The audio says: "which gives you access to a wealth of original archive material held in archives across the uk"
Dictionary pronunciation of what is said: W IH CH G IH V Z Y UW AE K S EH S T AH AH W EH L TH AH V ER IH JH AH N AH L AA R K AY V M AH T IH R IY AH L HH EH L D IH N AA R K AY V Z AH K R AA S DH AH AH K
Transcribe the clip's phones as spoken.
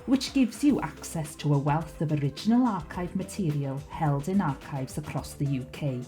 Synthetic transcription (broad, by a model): W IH CH G IH V Z Y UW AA K S EH S T AH AH W EH L TH AH V ER IH JH AH N AH L AA R K AY V M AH T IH R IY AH L HH EH L D IH N AA R K AY V Z AH K R AA S DH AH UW K